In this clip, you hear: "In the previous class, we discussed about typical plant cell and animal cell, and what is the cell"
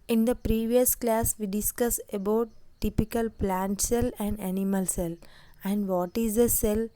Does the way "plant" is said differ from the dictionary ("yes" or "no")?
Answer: no